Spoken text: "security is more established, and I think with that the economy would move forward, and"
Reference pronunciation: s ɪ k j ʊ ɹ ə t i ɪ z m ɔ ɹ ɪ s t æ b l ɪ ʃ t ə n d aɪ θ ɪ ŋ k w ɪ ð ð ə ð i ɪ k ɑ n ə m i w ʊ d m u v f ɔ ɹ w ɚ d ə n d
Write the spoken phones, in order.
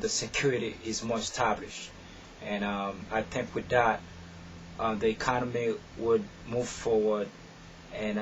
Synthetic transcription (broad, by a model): s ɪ k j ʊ ɹ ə t i ɪ z m ɔ ɹ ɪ s t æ b l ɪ ʃ t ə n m aɪ θ ɪ ŋ k w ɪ ð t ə ð i ɪ k ɑ n ə m i w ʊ d m u v f ɔ ɹ w ɚ d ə n